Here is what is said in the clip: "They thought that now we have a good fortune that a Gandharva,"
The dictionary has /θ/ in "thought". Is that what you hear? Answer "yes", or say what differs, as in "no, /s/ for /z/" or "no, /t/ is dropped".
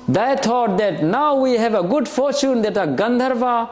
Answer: no, /t/ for /θ/